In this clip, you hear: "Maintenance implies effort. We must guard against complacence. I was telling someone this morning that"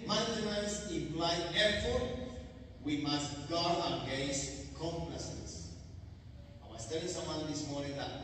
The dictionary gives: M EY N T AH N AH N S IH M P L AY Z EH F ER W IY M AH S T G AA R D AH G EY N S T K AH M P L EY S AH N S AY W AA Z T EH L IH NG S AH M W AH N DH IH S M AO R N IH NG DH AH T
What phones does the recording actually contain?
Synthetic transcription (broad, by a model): M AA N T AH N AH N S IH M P L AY EH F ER W IY M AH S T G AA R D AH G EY S K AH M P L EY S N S AY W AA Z T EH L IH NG S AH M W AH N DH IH S M AO R N IH NG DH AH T